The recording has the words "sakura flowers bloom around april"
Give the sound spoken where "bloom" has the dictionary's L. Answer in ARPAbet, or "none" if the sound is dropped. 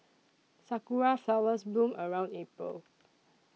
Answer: none